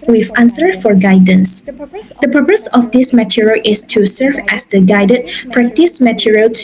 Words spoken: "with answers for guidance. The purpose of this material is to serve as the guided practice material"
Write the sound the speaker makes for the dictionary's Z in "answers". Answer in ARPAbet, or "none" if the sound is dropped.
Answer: none